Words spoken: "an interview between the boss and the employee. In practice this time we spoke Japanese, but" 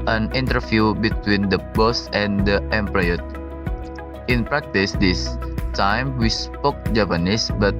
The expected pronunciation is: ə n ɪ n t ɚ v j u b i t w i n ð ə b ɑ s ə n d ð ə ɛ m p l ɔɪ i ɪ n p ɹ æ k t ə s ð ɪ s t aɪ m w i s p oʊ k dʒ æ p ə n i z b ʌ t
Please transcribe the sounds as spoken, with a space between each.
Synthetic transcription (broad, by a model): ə n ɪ n t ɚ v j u b i t w i n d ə b ɑ s ə n d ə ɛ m p ɑ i ɪ n p ɹ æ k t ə s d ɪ s t aɪ m w i s p oʊ k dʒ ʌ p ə n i s b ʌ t